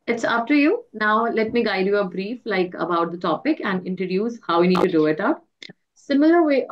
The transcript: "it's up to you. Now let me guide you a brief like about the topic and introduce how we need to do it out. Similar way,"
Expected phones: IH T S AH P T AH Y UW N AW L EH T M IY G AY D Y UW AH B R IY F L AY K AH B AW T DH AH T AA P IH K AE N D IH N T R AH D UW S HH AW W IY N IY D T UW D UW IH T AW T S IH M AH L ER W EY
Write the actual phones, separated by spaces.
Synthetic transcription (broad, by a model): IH T S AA F T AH Y UW N AW L EH T M IY G AY D Y UW AH B R IY F L AY K AH B AW T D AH T AA P IH K AE N D IH N T R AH D UW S HH AW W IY N IY D T UW D UW IH T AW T S IH M AH L ER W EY